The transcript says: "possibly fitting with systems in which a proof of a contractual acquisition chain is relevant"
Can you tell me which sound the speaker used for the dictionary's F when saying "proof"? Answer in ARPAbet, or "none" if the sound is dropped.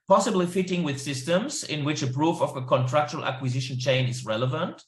F